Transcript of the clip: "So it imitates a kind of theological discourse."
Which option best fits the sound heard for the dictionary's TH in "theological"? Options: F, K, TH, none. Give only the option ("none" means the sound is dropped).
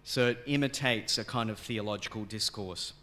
TH